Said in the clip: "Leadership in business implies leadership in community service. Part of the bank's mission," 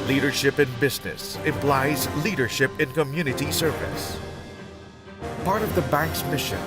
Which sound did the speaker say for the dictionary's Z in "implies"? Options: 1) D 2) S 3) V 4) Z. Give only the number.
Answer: 4